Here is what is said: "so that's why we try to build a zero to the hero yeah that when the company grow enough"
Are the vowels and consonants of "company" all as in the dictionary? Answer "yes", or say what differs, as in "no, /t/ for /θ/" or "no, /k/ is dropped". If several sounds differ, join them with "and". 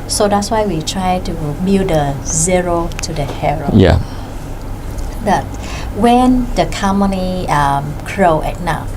no, /p/ is dropped